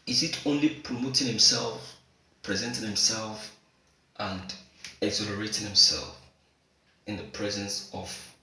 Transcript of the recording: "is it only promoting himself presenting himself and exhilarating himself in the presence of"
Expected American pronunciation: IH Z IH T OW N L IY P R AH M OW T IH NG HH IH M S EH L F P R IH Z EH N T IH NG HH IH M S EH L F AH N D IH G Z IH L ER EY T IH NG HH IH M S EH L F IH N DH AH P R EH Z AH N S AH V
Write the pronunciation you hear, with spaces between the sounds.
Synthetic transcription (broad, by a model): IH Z IH T OW N L IY P R AH M OW T IH NG HH IH M S EH L F P R IH Z EH N T IH NG HH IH M S EH L F AH N D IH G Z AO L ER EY T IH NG HH IH M S EH L F IH N DH AH P R EH Z AH N S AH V